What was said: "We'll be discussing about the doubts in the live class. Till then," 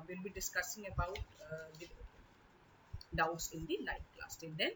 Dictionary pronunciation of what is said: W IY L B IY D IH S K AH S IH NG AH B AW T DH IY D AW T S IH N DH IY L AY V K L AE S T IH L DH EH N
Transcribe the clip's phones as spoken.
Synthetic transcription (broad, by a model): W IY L B IY D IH S K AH S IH NG AH B AW T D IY D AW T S IH N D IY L AY F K L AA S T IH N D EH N